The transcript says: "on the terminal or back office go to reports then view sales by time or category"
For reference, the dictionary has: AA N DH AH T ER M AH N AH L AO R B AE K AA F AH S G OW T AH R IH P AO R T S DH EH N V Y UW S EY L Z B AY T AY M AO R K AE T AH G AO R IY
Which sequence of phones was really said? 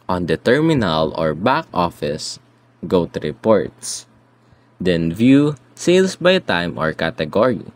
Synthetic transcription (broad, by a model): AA N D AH T ER M AH N AH L AO R B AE K AA F AH S G OW T AH R IH P AO R T S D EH N V Y UW S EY L S B AY T AY M AO R K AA T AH G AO R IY